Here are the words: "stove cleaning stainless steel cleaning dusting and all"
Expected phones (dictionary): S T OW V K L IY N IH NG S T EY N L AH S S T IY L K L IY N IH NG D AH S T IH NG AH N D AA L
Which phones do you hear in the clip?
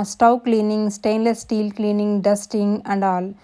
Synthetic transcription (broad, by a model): S T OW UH K L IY N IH NG S T EY N L AH S S T IY L K L IY N IH NG D AH S T IH NG AH N D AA L